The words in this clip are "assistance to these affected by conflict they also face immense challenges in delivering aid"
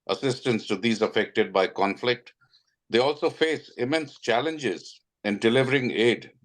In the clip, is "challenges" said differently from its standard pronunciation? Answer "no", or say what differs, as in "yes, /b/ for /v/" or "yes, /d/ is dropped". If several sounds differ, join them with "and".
no